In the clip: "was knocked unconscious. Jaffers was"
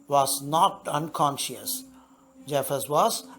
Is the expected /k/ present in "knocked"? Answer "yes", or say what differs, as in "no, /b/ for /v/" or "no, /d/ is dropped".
no, /k/ is dropped